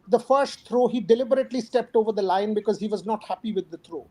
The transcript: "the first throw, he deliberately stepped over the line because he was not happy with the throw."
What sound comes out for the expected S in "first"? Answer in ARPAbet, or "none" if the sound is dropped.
S